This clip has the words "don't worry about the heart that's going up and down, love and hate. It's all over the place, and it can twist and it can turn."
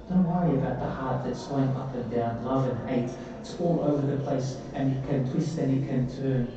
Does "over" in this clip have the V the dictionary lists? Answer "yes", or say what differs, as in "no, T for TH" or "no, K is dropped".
yes